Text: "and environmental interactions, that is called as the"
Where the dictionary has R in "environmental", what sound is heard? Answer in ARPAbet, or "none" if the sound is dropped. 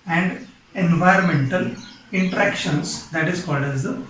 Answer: R